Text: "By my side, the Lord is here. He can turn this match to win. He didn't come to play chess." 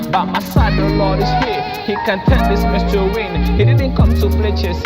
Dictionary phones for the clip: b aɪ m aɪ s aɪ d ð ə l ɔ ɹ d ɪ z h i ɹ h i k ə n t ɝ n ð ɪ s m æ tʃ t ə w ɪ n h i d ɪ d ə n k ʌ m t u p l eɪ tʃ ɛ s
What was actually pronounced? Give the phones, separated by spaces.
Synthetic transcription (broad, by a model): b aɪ m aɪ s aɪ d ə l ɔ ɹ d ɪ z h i h i k ə n t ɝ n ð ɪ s m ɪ s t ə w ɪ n h i d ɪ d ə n k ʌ m t u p l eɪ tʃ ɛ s